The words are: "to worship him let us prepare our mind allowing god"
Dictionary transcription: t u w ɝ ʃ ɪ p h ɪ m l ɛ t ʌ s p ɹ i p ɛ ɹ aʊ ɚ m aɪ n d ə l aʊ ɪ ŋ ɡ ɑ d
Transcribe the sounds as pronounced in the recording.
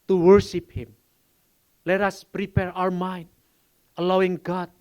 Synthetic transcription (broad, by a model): t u w ɝ ʃ ɪ p h ɪ m l ɛ t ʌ s p ɹ i p ɛ ɹ aʊ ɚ m aɪ n d ə l aʊ ɪ ŋ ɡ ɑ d